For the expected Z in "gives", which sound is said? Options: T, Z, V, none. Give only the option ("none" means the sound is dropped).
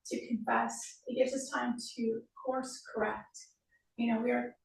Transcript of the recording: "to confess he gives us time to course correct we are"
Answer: Z